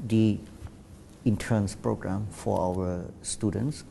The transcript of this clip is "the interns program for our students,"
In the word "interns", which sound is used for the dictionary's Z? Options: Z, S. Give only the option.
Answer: S